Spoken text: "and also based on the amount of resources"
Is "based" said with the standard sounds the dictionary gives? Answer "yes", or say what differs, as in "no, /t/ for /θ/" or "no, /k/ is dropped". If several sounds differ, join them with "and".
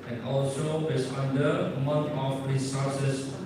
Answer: no, /t/ is dropped